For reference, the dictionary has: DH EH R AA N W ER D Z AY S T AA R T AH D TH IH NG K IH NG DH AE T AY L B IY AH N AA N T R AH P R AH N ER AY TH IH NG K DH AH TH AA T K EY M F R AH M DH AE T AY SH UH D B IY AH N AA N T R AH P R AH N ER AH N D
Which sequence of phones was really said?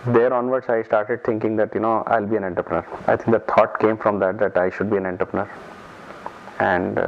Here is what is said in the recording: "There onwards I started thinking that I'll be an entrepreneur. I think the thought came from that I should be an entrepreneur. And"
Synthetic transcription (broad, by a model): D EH R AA N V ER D S AY S T AA R T AH D T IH NG K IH NG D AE T AY L B IY AH N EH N T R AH P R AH N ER AY T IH NG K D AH T AA T K EY M F R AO M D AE T AY SH UH D B IY AH N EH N T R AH P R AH N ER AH N D